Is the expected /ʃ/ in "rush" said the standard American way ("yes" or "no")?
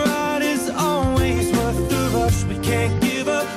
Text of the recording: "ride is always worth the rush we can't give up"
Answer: no